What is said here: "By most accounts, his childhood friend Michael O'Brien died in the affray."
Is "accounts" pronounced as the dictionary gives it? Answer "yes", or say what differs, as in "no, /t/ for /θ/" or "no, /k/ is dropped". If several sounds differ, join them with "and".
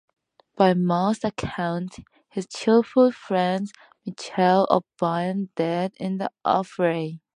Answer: no, /s/ is dropped